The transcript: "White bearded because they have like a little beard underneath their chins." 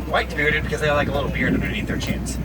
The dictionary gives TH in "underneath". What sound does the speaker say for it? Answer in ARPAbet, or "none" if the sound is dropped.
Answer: T